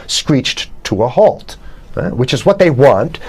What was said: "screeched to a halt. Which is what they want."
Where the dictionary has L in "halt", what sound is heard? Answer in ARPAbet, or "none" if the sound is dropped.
L